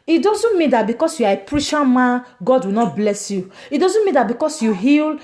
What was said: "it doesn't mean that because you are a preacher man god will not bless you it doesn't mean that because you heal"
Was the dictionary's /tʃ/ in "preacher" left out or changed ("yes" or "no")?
yes